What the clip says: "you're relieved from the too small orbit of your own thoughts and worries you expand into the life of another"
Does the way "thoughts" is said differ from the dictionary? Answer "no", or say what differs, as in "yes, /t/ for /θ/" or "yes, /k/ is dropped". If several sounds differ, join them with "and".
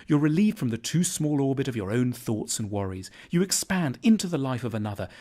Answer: no